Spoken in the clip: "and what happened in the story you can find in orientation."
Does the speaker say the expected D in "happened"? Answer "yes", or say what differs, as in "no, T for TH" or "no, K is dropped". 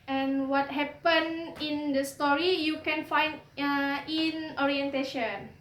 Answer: no, D is dropped